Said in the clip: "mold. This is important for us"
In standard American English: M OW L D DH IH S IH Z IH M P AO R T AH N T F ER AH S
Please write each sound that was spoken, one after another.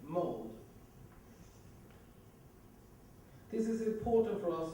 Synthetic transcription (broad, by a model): M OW L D DH IH S IH Z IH M P AO T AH N T F ER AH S